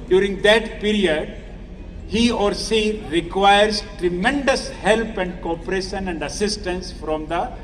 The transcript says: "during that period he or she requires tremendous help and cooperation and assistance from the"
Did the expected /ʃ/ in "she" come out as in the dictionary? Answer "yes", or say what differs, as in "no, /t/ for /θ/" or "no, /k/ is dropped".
no, /s/ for /ʃ/